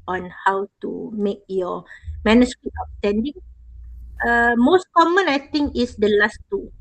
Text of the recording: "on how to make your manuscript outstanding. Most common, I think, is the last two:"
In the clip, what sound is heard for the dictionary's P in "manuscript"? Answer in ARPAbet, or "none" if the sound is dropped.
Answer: none